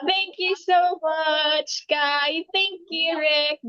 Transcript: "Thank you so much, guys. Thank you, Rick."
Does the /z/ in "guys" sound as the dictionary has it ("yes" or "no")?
no